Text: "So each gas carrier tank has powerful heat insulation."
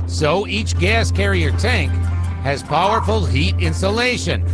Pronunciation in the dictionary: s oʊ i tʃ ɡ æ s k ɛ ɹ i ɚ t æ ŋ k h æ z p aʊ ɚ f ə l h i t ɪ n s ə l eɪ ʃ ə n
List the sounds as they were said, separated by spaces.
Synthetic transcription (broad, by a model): s oʊ i tʃ ɡ æ s k ɛ ɹ i ɚ t æ ŋ k h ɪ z p aʊ ɚ f ə l h i t ɪ n s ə l eɪ ʃ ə n